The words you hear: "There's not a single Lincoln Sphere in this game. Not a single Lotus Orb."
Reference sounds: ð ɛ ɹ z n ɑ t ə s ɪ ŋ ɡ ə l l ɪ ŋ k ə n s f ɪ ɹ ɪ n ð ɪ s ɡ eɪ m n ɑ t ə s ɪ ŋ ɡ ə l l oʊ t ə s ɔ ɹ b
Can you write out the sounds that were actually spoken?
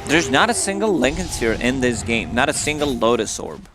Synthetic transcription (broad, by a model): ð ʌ ɹ z n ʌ t ə s ɪ ŋ ɡ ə l l ɪ ŋ k ə n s ɪ ɹ ɪ n ð ɪ s ɡ eɪ m n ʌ t ə s ɪ ŋ ɡ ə l l oʊ t ə s ɔ ɹ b